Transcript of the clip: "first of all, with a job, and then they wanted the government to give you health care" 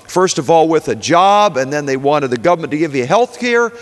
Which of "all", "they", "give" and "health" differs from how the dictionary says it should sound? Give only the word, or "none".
none